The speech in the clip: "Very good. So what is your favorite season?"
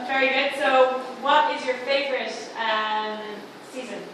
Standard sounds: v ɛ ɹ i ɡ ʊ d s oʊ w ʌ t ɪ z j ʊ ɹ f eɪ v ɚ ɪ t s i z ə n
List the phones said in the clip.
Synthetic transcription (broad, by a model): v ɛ ɹ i ɡ ʊ d s oʊ w ʌ t ɪ z j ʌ ɹ f eɪ v ɚ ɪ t s i z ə n